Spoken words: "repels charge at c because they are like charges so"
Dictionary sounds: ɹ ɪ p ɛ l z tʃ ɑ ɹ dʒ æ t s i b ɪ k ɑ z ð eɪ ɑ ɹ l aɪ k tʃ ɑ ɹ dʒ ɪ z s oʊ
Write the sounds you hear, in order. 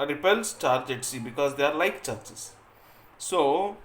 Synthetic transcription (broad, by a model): ɹ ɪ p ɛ l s tʃ ɑ ɹ dʒ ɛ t s i b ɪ k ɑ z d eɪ ɑ ɹ l aɪ k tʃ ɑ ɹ tʃ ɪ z s oʊ